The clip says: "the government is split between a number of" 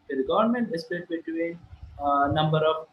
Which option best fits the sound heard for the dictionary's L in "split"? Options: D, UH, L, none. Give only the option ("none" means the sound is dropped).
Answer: none